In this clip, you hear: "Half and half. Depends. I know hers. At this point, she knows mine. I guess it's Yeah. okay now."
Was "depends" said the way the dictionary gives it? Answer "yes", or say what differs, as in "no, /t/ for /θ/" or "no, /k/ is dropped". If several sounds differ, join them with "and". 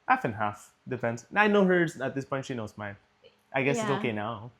no, /f/ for /p/